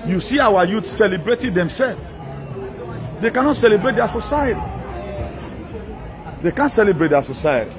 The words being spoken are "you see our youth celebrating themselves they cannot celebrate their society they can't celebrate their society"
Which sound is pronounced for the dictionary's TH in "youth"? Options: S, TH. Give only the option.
S